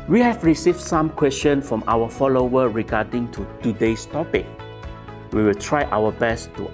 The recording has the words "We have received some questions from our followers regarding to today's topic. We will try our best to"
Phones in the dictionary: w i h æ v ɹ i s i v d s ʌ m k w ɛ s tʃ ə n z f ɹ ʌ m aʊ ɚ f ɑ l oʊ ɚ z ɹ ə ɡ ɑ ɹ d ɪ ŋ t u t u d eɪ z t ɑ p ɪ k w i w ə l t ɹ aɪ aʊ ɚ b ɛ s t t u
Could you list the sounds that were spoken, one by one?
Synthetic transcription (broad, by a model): w i h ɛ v ɹ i s i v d s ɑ m k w ɛ s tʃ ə n f ɹ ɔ m aʊ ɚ f ɑ l oʊ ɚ ɹ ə ɡ ɑ d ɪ ŋ t u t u d eɪ s t ɑ p ɪ k w i w ə l t ɹ aɪ aʊ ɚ b ɛ s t t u